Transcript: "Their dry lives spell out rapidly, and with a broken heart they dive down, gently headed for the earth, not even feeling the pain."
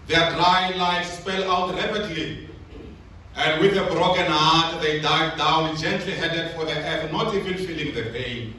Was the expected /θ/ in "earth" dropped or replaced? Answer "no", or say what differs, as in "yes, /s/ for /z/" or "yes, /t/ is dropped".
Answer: yes, /f/ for /θ/